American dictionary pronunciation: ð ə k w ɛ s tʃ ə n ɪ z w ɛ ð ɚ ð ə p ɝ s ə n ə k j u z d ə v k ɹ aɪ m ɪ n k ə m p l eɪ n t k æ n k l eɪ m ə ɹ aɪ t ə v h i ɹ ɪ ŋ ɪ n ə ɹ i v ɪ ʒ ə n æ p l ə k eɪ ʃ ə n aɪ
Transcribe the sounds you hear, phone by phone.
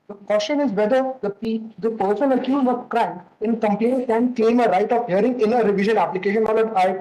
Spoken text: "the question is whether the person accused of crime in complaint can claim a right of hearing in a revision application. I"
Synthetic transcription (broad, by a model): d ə k w ɛ s tʃ ə n ɪ z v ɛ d ɚ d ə p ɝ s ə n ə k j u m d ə k ɹ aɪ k ɪ n k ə m p l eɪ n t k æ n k eɪ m ə ɹ aɪ t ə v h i ɹ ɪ ŋ ɪ n ə ɹ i v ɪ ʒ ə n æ p l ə k eɪ ʃ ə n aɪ